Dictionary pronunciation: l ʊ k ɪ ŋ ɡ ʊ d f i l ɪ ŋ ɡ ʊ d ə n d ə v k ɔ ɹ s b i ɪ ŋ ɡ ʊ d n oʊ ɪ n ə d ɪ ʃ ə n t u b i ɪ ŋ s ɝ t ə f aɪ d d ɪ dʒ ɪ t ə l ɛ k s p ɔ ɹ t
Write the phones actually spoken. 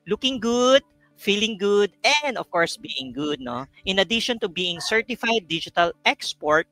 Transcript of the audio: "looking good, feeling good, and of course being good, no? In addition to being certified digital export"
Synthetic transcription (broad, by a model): l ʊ k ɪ ŋ ɡ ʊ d f i l ɪ ŋ ɡ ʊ d ə n d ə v k ɔ ɹ s b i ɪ ŋ ɡ ʊ d n oʊ ɪ n ə d ɪ ʃ ə n t u b i ɪ ŋ s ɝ t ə f aɪ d d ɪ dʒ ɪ t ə l ɛ k s p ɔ ɹ t